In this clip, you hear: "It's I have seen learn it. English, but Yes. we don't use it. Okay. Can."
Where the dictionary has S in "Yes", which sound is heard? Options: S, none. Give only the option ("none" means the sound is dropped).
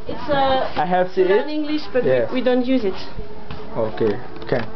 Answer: none